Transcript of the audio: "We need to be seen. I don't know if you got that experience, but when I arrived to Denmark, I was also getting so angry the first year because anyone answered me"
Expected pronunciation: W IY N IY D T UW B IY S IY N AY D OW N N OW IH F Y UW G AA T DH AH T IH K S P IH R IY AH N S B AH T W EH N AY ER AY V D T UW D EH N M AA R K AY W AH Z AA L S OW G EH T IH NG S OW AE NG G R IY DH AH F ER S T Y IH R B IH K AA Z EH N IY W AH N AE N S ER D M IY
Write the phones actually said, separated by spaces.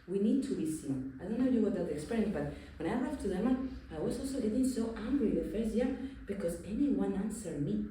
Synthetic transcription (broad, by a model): W IY N IY D T UW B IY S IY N AY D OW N N OW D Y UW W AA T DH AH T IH K S P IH R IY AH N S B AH T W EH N AY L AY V T UW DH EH M AA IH W AH Z AA L S OW G EH T IH NG S OW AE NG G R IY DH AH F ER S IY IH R B IH K AA Z EH N IY W AH N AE N S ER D M IY